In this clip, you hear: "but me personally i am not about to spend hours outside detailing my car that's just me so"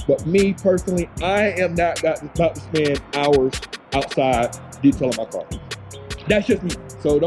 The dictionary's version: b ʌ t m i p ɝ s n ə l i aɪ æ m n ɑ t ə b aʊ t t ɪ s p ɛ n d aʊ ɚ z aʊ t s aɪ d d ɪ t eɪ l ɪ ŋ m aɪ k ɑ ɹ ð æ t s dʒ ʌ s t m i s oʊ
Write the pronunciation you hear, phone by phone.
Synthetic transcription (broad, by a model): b ʌ t m i p ɝ s n l i aɪ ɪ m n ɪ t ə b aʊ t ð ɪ s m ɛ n aʊ ɚ z aʊ t s aɪ d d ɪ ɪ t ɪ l m aɪ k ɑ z ð æ t s dʒ ʌ s t m i s oʊ